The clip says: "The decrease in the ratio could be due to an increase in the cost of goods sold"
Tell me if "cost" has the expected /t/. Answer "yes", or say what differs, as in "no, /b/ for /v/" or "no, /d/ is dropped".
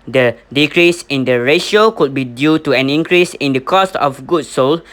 yes